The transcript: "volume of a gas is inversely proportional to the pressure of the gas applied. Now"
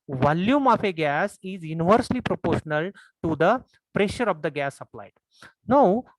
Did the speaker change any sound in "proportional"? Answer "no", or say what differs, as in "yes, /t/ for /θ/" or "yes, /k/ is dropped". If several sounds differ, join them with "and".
no